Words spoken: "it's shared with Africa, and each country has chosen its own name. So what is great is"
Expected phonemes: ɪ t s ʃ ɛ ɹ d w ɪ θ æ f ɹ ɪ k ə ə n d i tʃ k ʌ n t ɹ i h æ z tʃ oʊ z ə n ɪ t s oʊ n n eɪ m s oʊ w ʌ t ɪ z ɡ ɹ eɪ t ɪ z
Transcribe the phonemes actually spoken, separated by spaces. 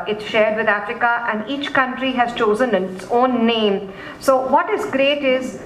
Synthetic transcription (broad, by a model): ɪ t s ʃ ɛ ɹ d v ɪ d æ f ɹ ɪ k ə ə n d i tʃ k ʌ n t ɹ i h æ z tʃ oʊ z ə n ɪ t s oʊ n n eɪ m s oʊ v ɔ t ɪ z ɡ ɹ eɪ t ɪ z